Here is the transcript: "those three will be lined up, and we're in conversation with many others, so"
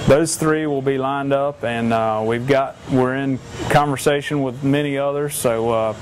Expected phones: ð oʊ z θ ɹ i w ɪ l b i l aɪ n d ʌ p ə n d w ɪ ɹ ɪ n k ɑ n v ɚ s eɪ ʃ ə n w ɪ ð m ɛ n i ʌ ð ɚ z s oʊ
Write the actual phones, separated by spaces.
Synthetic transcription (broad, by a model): ð oʊ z θ ɹ i w ɪ l b i l aɪ n d ʌ p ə n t w ɪ ɹ ɪ n k ɑ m v ɚ s eɪ ʃ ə n w ɪ ð m ɛ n i ʌ ð ɚ z s oʊ